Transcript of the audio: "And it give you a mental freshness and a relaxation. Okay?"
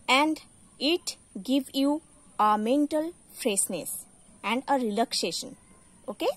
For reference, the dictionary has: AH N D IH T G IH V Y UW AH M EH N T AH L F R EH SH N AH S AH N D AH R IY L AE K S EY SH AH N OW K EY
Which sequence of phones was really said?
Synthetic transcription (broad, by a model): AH N D IH T G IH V Y UW AH M EH N T AH L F R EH S N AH S AH N D AH R IY L AE K S EY SH AH N OW K EY